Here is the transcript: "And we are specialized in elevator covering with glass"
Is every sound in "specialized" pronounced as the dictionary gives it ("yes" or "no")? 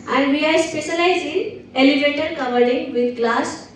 no